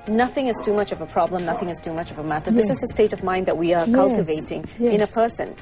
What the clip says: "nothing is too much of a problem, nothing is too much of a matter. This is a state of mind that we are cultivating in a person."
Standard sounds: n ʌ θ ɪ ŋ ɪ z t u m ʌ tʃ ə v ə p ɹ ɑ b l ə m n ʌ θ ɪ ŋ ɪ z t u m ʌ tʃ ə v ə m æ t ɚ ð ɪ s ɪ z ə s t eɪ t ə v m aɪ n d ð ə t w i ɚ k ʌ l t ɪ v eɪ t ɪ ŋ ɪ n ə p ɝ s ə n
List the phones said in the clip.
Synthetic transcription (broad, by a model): n ʌ θ ɪ ŋ ɪ z t u m ʌ tʃ ə v ə p ɹ ɑ b l ə m n ʌ θ ɪ ŋ ɪ z t u m ʌ tʃ ə v ə m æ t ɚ ð ɪ s ɪ z ə s t eɪ t ə v m aɪ n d ð ə t w i ɚ k ʌ l t ɪ v eɪ t ɪ ŋ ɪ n ə p ɝ s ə n